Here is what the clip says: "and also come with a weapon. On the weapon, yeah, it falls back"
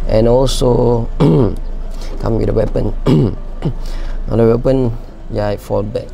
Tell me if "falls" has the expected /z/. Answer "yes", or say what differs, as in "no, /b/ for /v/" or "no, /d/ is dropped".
no, /z/ is dropped